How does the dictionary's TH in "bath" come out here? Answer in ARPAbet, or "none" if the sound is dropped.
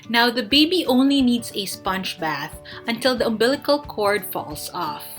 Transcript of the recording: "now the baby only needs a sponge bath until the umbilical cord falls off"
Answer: TH